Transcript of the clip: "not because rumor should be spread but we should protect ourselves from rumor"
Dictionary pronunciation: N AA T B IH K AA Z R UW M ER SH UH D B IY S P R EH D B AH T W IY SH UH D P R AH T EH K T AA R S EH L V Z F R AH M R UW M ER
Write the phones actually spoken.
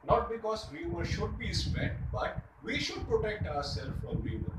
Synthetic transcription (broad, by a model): N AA T B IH K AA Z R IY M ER SH UH D B IY S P EH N B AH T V IY SH UH D P R AH T EH K T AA R S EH L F R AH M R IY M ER